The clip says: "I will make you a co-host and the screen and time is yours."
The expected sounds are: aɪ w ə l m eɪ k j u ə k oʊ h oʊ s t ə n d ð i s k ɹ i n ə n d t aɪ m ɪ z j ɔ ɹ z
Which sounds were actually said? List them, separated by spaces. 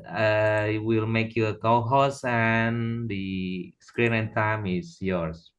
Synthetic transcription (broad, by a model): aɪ w ə l m eɪ k j u ə k oʊ h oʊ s ə n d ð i s k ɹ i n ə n t aɪ m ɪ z j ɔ ɹ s